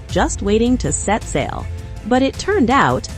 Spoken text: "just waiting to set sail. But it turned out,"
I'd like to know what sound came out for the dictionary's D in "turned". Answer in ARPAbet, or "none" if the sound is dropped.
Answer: D